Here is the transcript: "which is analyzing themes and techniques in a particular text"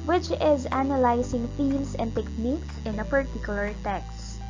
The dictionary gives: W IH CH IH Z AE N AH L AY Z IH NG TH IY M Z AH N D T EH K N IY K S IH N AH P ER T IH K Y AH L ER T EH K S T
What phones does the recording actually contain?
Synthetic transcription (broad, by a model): W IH CH IH Z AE N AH L AY S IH NG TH IY M S AH N D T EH K N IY K S IH N AH P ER T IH K Y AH L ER T EH K S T